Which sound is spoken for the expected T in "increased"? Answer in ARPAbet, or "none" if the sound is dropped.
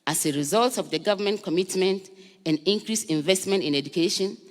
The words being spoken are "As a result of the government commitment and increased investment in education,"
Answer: none